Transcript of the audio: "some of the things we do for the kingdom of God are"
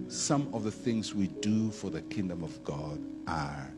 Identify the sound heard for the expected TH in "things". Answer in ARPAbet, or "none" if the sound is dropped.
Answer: TH